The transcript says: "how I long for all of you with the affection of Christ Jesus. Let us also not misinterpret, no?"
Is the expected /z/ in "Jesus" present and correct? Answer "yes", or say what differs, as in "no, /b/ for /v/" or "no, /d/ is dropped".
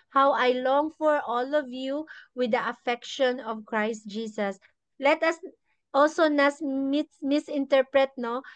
no, /s/ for /z/